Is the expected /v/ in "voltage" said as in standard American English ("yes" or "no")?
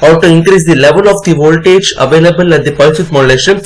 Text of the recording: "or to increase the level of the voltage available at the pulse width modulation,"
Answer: yes